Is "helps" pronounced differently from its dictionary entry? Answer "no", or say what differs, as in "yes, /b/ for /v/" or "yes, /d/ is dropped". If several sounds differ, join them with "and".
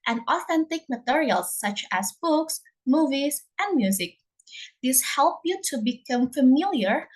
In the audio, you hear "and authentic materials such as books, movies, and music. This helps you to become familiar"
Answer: yes, /s/ is dropped